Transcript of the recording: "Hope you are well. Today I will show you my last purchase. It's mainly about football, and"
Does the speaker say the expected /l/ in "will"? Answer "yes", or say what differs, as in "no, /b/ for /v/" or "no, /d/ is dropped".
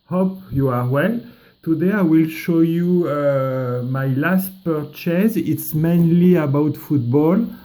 yes